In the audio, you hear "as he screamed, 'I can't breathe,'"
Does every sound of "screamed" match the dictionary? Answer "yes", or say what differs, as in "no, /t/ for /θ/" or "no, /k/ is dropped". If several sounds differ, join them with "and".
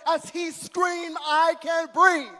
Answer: no, /d/ is dropped